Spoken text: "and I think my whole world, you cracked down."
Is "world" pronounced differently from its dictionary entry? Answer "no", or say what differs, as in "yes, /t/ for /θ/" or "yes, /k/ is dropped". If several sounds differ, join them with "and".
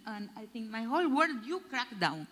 yes, /l/ is dropped